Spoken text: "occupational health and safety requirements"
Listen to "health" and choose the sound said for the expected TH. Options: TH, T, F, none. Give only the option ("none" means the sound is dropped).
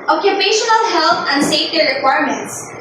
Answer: T